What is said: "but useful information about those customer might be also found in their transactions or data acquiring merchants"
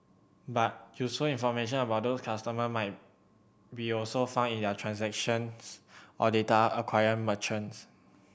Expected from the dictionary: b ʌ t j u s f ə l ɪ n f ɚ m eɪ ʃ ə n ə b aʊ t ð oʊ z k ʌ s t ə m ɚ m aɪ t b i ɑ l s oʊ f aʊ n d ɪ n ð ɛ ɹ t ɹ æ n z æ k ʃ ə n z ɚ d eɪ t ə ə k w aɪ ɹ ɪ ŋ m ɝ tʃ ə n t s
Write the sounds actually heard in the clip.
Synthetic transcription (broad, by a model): b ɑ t j u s f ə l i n f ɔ m eɪ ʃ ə n ə b aʊ t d oʊ s k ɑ s t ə m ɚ m aɪ t b i ɑ l s oʊ f aʊ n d ɪ n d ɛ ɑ t ɹ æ n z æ k ʃ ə n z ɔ d eɪ t ə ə k w aɪ ɪ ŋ m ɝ tʃ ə n s